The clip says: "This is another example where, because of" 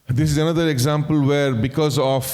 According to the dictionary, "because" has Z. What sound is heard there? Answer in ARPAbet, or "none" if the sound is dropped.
Z